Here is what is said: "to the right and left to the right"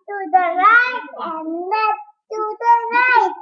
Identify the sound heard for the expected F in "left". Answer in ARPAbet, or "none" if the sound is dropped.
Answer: none